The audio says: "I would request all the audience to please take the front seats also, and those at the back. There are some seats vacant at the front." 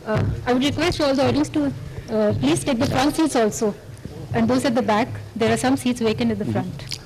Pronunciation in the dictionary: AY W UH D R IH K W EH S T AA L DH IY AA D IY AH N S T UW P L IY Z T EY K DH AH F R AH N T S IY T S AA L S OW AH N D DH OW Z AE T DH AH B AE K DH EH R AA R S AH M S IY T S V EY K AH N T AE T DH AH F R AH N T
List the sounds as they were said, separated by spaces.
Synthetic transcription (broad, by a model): AY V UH D R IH K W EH S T AA L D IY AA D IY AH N S T UW P L IY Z T EY K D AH F R AH N T S IY T S AA L S OW AH N D OW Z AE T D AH B AE K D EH R AA R S AH M S IY T S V EY K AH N AE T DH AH F R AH N T